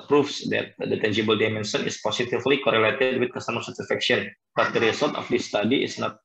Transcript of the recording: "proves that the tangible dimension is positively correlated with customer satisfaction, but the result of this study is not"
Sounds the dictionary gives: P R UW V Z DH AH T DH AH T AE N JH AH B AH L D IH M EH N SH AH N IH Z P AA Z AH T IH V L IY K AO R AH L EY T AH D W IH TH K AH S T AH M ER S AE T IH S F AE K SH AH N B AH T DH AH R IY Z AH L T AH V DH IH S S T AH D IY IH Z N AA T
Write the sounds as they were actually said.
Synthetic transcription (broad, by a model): P R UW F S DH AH T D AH T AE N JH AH B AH L D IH M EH N S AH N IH S P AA S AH T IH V L IY K AO R AH L EY T AH D W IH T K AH S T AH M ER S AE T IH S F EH K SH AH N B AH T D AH R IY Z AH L T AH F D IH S S T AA D IY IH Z N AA T